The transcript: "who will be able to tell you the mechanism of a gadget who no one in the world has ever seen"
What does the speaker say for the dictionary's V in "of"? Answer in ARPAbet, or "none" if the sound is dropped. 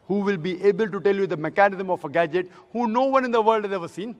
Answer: F